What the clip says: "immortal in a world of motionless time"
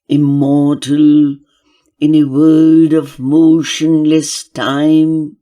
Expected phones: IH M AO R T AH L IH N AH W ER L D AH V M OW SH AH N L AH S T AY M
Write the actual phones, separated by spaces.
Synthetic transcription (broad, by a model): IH M AO R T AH L IH N AH W ER D AH V M OW SH AH N L AH S T AY M